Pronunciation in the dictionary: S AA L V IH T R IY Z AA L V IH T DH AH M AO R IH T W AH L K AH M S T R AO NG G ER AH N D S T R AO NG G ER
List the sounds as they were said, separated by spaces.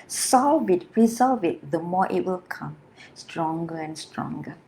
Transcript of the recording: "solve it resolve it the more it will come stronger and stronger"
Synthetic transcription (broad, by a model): S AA L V IH T R IY Z AA L V IH T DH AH M AO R IH T W AH L K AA M S T R AO NG G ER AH N S T R AO NG G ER